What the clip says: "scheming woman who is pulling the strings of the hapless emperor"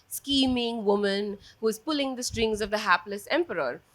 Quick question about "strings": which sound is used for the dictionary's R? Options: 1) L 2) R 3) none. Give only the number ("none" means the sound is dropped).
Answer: 2